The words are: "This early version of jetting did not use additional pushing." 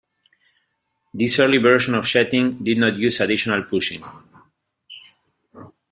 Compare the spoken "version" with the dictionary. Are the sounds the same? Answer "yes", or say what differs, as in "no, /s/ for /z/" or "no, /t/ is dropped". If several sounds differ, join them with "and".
no, /ʃ/ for /ʒ/